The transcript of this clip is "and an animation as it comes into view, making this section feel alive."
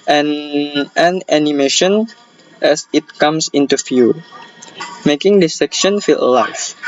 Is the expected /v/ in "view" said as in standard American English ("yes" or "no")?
no